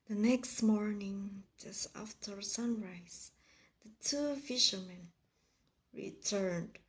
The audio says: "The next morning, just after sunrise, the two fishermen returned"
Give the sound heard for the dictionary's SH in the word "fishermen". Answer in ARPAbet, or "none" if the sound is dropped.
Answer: SH